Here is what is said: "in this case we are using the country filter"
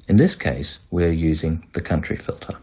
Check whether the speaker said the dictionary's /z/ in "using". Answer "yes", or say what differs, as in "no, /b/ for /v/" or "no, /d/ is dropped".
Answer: yes